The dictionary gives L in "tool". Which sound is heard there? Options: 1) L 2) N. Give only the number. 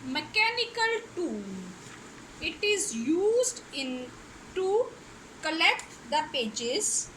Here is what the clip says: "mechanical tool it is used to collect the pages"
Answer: 2